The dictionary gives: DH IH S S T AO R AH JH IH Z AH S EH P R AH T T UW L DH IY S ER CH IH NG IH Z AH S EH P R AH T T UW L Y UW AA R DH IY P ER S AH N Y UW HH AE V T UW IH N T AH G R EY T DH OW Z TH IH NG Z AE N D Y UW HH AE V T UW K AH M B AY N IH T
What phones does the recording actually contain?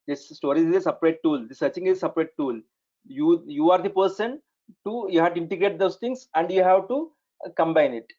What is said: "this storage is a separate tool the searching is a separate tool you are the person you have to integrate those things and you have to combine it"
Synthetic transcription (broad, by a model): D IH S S T AO R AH IH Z AH S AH P R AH T T UW L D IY S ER CH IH NG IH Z AH S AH P R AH T T UW L Y UW AA R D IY P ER S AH N Y UW HH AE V T UW IH N T AH G R EY T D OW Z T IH NG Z AE N D Y UW HH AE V T UW K AH M B AY N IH T